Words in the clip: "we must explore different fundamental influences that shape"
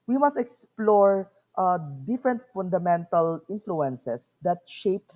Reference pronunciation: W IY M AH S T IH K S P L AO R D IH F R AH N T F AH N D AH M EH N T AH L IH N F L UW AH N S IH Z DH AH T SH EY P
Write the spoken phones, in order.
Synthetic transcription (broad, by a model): W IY M AH S T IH K S P L AO R D IH F R AH N T F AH N D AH M EH N T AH L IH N F L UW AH N S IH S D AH T SH EY P